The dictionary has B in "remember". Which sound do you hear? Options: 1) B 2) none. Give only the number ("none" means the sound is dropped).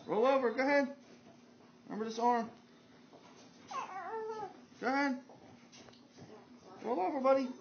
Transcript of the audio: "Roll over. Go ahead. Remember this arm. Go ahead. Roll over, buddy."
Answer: 2